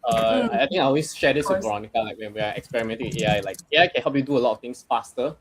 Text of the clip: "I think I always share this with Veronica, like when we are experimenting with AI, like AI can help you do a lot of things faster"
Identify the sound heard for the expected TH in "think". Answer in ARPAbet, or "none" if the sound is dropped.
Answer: T